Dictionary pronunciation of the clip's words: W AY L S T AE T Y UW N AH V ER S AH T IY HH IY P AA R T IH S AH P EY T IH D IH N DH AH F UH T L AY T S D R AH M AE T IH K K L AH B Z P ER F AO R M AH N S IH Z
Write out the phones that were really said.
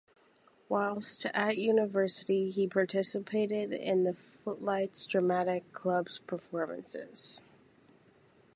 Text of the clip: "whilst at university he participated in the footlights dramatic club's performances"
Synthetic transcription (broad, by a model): W AY L S T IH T Y UW N AH V ER S AH T IY IY P AA R T IH S AH P EY T IH D IH N DH AH F UH T L AY T S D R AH M AE T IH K K L AH B Z P ER F AO R M AH N S IH Z